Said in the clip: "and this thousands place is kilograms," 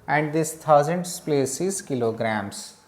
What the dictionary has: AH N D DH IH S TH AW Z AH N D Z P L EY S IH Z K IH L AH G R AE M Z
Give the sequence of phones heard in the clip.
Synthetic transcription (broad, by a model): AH N D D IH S T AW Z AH N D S P L EY S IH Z K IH L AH G R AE M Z